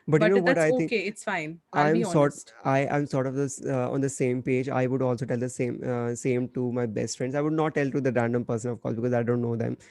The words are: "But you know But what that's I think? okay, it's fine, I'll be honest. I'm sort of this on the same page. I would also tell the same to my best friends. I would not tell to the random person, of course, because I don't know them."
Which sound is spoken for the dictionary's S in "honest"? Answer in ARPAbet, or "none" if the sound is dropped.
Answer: none